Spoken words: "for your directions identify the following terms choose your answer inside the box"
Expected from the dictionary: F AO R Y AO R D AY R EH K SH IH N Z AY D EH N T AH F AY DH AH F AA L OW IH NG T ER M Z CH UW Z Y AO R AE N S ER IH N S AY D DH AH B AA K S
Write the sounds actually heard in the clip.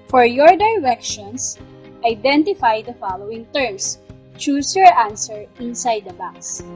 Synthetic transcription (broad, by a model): F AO R Y AO R D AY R EH K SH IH N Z AY D EH N T AH F AY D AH F AA L OW IH NG T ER M S CH UW S Y AO R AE N S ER IH N S AY D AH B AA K S